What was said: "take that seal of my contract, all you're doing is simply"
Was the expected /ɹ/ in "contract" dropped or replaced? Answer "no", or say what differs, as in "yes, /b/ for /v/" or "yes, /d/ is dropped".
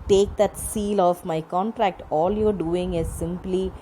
no